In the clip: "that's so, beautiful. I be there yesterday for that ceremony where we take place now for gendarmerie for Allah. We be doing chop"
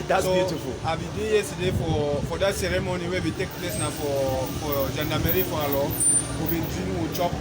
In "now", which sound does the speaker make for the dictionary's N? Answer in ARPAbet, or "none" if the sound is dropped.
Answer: N